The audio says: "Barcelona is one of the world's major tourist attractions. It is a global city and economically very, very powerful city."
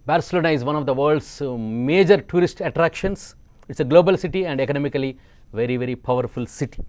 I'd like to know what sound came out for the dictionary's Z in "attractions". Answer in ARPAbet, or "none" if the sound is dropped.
S